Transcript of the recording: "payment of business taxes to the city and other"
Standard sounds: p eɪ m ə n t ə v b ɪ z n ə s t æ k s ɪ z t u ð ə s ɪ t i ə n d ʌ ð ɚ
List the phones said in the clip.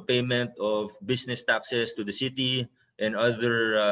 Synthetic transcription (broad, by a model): p eɪ m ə n t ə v b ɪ s n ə s t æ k s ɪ s t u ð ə s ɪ t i ə n d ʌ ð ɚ